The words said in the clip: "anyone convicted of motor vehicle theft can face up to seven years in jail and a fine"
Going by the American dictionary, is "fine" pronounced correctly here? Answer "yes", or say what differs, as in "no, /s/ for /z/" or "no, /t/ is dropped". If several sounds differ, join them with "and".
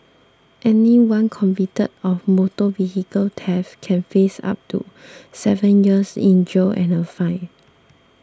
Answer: no, /n/ is dropped